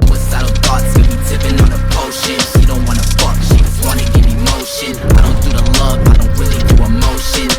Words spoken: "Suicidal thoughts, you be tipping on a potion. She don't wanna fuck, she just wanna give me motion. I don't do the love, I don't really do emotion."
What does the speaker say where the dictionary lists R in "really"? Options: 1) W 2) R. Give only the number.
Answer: 1